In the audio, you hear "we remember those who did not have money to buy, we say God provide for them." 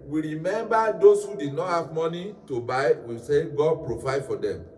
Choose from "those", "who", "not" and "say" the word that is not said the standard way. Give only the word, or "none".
those